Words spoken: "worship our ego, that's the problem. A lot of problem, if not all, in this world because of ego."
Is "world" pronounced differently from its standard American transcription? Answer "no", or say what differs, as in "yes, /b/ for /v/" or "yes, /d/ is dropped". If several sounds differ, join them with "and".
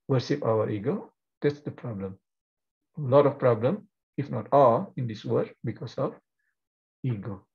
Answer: yes, /l/ is dropped